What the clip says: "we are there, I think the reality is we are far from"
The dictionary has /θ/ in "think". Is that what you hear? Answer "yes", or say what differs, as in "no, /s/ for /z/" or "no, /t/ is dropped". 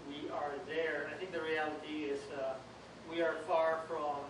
yes